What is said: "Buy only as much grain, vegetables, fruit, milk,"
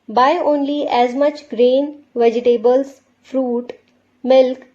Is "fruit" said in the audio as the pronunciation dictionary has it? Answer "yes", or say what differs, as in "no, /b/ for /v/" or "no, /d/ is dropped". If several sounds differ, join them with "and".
yes